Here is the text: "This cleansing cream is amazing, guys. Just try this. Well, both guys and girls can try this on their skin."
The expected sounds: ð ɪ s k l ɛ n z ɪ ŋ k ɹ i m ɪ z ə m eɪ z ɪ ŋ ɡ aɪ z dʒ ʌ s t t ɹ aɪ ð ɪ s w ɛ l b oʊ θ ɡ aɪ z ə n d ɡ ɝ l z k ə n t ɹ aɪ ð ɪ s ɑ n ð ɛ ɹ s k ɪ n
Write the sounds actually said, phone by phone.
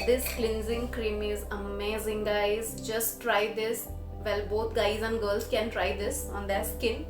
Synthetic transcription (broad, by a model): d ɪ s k l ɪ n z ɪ ŋ k ɹ i m ɪ z ə m eɪ z ɪ ŋ ɡ aɪ z dʒ ʌ s t t ɹ aɪ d ɪ s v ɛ l b oʊ t ɡ aɪ z ə n d ɡ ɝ l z k ə n t ɹ aɪ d ɪ s ɑ n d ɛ s k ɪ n